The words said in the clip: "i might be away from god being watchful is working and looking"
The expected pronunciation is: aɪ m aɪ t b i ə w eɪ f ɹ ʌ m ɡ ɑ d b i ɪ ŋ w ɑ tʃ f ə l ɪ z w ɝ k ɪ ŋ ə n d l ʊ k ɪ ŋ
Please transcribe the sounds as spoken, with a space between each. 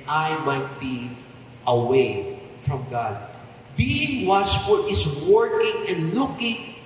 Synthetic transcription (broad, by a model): aɪ m aɪ t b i ə w eɪ f ɹ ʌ m ɡ ɑ d b i ɪ ŋ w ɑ s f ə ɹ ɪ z w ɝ k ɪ ŋ ə n d l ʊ k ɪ ŋ